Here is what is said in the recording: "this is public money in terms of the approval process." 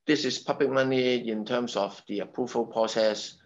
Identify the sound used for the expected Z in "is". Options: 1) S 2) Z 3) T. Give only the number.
1